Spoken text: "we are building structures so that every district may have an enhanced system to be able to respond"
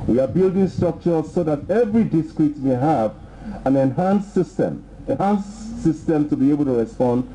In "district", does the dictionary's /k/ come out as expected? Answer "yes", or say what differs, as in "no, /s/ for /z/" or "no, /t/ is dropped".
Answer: no, /k/ is dropped